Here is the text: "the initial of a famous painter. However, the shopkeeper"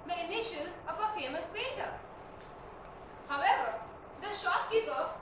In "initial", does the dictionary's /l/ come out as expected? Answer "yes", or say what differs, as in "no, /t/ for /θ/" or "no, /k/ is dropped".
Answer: no, /n/ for /l/